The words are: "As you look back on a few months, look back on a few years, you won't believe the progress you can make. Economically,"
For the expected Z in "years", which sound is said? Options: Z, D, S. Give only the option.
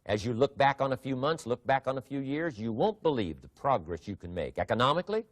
Z